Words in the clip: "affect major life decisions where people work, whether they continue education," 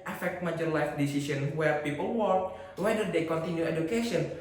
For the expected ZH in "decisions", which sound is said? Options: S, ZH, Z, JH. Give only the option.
S